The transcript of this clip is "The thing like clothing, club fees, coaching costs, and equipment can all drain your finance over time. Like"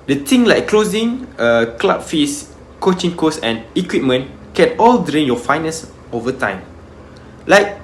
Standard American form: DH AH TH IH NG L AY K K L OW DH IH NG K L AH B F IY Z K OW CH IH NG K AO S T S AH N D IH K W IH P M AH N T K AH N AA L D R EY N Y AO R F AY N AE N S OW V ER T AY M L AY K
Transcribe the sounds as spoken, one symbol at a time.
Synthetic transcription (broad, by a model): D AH T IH NG L AY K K L OW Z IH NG K L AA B F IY S K OW CH IH NG K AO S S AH N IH K W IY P M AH N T K AH N AA L D R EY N Y AO F AY N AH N S OW V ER T AY M L AY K